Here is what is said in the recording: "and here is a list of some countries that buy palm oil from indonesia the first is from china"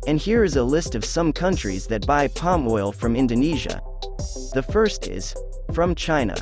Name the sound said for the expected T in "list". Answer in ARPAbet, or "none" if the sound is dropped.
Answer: T